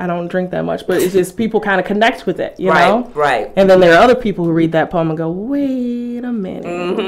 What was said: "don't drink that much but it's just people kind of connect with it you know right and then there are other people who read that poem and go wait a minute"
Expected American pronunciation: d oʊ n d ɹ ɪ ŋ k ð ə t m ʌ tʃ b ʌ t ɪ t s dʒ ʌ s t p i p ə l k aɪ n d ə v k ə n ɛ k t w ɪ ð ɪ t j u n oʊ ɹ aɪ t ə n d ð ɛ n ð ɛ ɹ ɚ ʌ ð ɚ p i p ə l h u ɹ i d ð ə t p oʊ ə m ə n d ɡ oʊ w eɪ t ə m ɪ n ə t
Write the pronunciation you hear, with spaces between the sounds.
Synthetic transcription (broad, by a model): d oʊ n d ɹ ɪ ŋ k ð ə t m ʌ tʃ b ʌ t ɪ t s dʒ ʌ s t p i p l k aɪ n d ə k ə n ɛ k t w ɪ ð ɪ t j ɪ n oʊ ɹ aɪ t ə n ð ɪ n ð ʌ ɹ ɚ ʌ ð ɚ p i p l h u ɹ i d ð ə t p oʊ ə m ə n ɡ oʊ w eɪ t ə m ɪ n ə